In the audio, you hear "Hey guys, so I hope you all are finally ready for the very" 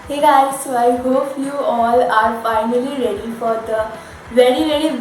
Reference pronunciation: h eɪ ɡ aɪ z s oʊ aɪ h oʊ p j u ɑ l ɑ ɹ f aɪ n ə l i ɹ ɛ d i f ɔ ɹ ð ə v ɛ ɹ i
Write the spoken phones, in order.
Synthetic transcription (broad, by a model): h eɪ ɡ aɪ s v aɪ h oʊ f j u ɑ l ɑ ɹ f aɪ n ə l i ɹ ɛ d i f ɔ ɹ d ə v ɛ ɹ i